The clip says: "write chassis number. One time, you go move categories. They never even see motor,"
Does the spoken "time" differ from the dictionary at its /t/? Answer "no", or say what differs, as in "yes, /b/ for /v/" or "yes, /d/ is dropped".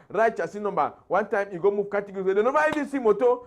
no